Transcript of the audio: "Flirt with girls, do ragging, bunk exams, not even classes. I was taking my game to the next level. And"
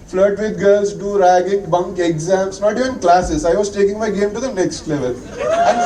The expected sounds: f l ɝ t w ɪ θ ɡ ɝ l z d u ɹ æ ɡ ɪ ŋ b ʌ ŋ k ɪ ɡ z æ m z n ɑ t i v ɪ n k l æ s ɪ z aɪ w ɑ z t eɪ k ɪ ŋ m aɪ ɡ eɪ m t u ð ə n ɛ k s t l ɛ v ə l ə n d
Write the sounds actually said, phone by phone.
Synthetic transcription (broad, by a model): f l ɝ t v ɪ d ɡ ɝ l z d u ɹ æ ɡ ɪ ŋ b ʌ ŋ k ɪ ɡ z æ m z n ɑ t i v ɪ n k l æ s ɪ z aɪ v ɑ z t eɪ k ɪ ŋ m aɪ ɡ eɪ m t u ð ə n ɛ k s t l ɛ v ə l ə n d